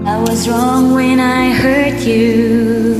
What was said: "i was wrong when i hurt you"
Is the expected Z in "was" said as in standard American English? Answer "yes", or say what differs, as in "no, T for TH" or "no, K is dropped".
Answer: yes